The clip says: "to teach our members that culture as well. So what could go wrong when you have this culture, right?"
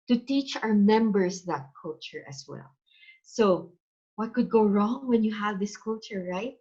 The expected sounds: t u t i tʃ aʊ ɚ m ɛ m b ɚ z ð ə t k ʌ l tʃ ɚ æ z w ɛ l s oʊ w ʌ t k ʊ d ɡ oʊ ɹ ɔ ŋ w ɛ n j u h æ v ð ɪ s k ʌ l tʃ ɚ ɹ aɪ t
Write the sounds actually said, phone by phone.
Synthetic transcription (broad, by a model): t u t i tʃ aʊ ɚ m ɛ m b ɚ s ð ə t k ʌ l tʃ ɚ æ s w ɛ l s oʊ w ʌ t k ʊ d ɡ oʊ ɹ ɔ ŋ w ɛ n j u h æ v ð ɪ s k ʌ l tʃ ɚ ɹ aɪ t